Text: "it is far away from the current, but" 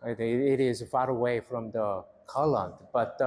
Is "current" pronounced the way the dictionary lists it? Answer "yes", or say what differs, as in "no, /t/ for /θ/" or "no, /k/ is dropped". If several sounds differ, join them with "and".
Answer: no, /l/ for /ɹ/